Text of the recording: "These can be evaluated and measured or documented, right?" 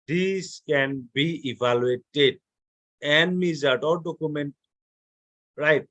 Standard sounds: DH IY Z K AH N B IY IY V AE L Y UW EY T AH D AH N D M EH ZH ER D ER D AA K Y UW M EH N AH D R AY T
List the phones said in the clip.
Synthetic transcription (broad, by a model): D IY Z K AH N B IY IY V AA L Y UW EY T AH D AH N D M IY Z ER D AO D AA K Y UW M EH N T R AY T